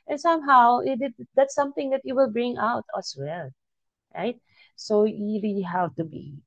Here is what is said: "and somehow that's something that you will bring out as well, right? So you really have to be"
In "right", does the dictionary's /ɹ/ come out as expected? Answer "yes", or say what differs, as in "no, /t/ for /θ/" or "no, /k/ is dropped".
yes